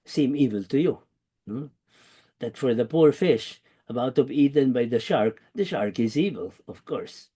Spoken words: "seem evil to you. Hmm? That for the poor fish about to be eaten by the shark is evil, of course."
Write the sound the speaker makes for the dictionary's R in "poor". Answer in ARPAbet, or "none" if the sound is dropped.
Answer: R